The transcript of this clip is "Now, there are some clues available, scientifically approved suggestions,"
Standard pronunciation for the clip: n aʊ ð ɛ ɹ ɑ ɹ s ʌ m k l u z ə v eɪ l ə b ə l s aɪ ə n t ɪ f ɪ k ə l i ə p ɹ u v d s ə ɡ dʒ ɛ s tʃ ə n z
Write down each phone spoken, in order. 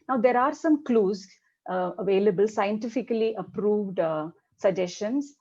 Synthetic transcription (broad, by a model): n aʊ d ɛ ɹ ɑ ɹ s ʌ m k l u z ə v eɪ l ə b ə l s aɪ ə n t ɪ f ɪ k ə l i ə p ɹ u v d s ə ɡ dʒ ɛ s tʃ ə n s